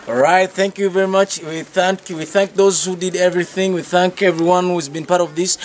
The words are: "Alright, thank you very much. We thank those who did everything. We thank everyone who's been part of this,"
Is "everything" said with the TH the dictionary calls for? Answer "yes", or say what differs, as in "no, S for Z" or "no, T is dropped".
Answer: yes